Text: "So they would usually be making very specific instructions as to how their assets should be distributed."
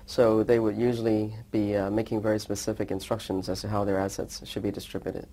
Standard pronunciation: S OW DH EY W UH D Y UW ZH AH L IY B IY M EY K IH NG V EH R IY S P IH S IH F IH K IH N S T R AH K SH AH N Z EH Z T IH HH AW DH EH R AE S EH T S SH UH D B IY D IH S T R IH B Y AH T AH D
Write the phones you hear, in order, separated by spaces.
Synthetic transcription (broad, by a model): S OW DH EY W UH D Y UW ZH L IY B IY M EY K IH NG V EH R IY S P IH S IH F IH K IH N S T R AH K SH AH N Z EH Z T IH HH AW DH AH R AE S EH T S SH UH D B IY D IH S T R IH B Y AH T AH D